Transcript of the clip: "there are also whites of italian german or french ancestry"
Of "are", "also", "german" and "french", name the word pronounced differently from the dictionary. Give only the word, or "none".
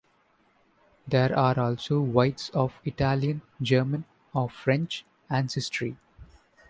none